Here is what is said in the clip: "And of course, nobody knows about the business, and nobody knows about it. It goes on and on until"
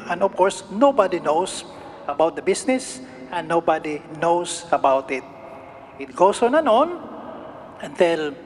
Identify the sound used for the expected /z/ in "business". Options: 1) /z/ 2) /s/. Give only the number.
2